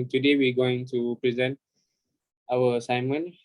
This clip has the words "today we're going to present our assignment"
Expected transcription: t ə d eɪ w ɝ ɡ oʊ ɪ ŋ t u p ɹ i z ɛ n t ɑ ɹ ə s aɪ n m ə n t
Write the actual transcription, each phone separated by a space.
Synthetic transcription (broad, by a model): t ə d eɪ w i ɡ oʊ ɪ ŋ t u p ɹ i z ɛ n t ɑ w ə s aɪ m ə n